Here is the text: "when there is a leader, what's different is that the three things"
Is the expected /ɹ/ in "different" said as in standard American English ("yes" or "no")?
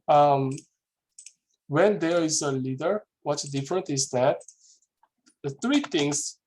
yes